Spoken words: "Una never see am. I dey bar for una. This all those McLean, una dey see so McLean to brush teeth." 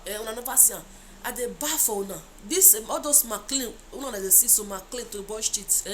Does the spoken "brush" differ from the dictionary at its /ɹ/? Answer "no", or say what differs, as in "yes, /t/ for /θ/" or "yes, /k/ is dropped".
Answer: yes, /ɹ/ is dropped